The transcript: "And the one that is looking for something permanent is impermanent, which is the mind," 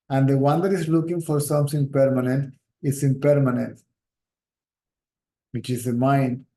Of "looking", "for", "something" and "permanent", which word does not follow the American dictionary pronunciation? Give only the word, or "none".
something